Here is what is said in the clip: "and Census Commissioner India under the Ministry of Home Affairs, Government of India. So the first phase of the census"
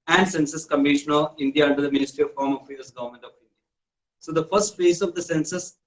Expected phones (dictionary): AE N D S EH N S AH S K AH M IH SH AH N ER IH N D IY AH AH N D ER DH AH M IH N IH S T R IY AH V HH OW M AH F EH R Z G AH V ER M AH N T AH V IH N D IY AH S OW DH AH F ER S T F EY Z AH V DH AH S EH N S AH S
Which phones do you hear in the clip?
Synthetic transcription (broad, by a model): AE N D S EH N S AH S K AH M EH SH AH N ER IH N D IY AH AH N D ER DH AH M IH N IH S T R IY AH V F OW M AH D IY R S G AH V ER M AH N T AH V IH N D IY AH S OW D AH F ER S T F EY S AH V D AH S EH N S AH S